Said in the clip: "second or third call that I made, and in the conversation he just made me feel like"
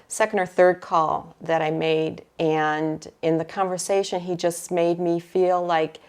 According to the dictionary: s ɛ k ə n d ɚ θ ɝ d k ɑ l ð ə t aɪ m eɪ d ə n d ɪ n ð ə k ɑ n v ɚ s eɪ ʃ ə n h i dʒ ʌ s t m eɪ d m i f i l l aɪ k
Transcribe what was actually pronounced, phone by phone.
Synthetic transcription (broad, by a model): s ɛ k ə n d ɚ θ ɝ d k ɑ l ð ə t aɪ m eɪ d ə n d ɪ n ð ə k ɑ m v ɚ s eɪ ʃ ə n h i dʒ ʌ s t m eɪ d m i f i l l aɪ k